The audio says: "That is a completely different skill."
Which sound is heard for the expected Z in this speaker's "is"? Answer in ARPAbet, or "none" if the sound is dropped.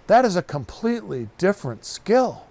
Z